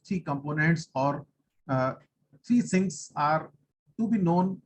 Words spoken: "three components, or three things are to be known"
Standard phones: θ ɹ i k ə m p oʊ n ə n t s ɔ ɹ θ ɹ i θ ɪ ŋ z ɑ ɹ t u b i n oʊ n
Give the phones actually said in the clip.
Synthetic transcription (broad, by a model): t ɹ i k ə m p oʊ n ə n t s ɔ ɹ t ɹ i s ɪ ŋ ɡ ɑ ɹ t u b i n oʊ n